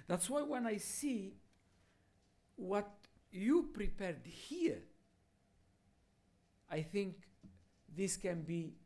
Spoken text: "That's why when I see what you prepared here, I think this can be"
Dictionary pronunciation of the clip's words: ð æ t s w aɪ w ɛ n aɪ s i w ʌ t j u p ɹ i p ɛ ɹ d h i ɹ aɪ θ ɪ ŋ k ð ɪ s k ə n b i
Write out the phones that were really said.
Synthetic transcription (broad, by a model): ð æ t s w aɪ w ɛ n aɪ s i w ʌ t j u p ɹ i p ɛ ɹ d h i ɹ aɪ θ ɪ ŋ k ð ɪ s k ə n b i